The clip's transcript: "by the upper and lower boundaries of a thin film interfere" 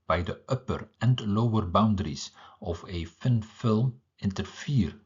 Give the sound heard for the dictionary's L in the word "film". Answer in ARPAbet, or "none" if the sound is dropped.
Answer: L